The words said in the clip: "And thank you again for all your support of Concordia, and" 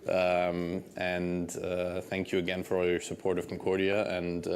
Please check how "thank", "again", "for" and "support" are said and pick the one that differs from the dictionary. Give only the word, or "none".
none